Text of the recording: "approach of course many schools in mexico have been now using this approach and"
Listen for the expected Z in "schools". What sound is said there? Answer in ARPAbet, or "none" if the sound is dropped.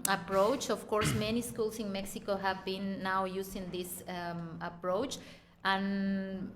S